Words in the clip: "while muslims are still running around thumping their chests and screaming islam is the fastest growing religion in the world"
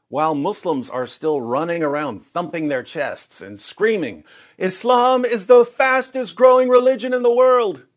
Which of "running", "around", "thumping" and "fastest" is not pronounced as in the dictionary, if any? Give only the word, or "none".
none